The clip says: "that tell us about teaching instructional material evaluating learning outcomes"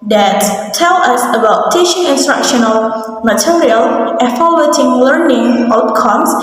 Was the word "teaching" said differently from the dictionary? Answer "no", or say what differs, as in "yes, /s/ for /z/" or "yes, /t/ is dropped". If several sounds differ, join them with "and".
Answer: yes, /ʃ/ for /tʃ/